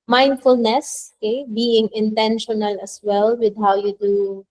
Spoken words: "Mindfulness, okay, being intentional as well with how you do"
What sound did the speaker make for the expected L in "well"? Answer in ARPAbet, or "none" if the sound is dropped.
L